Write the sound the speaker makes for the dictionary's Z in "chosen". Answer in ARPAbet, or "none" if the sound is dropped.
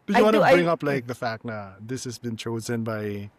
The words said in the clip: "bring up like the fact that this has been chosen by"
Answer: Z